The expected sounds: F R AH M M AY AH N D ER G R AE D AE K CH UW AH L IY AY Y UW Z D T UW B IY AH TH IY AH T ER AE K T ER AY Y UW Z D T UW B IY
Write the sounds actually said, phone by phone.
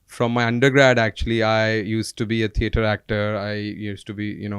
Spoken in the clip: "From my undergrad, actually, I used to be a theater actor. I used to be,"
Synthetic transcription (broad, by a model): F R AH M M AY AH N D ER G R AE D AE K CH UW AH L IY AY Y UW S T UW B IY AH T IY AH T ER AE K T ER AY Y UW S T UW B IY